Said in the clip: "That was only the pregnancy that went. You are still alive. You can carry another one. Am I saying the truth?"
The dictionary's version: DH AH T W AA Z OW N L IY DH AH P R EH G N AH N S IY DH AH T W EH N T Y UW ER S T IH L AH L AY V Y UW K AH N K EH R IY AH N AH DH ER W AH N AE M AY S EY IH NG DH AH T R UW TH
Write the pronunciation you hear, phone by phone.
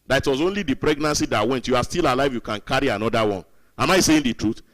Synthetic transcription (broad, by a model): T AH T W AA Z OW N L IY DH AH P R EH G N AH N S IY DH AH T W EH N T Y UW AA S T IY L AH L AY V Y UW K AH N K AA R IY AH N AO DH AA W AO N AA M AY S EY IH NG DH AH T R UW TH